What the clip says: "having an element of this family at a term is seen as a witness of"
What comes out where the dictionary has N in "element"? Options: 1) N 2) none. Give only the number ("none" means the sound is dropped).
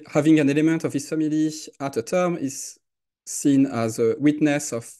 1